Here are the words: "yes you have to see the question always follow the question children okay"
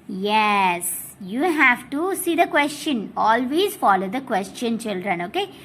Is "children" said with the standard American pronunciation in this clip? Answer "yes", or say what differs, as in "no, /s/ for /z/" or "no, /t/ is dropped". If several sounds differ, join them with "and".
yes